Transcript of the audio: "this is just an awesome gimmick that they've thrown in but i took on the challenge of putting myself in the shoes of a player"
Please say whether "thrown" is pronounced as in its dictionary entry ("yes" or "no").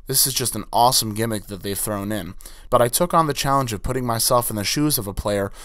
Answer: yes